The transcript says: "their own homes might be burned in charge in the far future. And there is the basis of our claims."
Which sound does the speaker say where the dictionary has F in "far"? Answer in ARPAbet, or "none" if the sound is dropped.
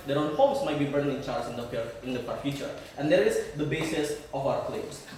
P